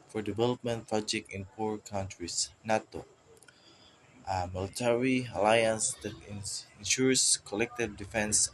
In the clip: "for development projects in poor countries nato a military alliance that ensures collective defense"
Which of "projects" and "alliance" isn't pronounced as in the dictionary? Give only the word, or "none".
projects